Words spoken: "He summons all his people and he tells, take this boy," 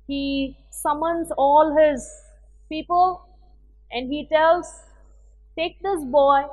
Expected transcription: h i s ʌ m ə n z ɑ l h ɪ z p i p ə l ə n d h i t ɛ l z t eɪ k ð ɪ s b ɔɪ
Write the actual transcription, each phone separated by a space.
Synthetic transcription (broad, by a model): h i s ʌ m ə n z ɑ l h ɪ z p i p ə l ə n d h i t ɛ l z t eɪ k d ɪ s b ɔɪ